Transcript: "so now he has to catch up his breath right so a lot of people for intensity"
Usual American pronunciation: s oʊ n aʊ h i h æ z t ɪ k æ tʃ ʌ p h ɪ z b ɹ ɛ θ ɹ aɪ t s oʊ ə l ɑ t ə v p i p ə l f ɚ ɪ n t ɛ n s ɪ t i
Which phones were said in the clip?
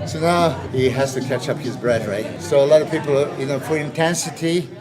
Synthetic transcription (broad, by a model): s oʊ n aʊ h i h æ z t ɪ k æ tʃ ʌ p h ɪ z b ɹ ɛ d ɹ aɪ t s oʊ ə l ɑ t ə v p i p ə n f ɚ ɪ n t ɛ n s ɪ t i